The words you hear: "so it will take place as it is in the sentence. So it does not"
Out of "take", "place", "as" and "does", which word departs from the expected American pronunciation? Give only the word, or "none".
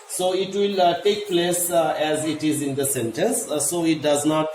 none